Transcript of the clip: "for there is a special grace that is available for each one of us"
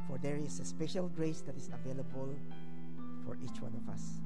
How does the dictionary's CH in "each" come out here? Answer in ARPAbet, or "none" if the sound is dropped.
CH